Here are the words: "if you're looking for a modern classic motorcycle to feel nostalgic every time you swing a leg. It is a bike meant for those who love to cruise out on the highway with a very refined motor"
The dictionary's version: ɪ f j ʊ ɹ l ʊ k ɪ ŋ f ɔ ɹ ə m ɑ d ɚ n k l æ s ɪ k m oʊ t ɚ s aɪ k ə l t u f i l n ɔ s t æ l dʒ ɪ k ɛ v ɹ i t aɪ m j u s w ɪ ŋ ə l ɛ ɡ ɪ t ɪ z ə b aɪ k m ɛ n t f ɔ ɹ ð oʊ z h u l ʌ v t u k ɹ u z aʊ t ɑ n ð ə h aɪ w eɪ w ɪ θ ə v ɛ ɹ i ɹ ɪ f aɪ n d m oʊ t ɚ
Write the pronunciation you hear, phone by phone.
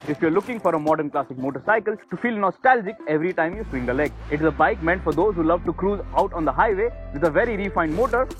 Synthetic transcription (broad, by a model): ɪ f j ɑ ɹ l ʊ k ɪ ŋ f ɔ ɹ ə m ɑ d ɚ n k l æ s ɪ k m oʊ t ɚ s aɪ k ə l t u f i l n ɔ s t æ l dʒ ɪ k ɛ v ɹ i t aɪ m j u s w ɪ ŋ ə l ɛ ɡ ɪ t ɪ z ə b aɪ k m ɛ n t f ɔ ɹ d oʊ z h u l ʌ v t u k ɹ u z aʊ t ɑ n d ə h aɪ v eɪ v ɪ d ə v ɛ ɹ i ɹ ɪ f aɪ n d m oʊ t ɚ